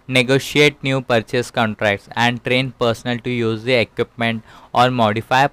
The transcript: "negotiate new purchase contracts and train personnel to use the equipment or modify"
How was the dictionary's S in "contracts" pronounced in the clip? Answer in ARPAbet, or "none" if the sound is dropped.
S